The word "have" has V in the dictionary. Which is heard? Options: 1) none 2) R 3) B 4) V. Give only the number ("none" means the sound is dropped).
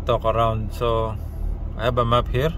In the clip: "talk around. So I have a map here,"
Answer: 3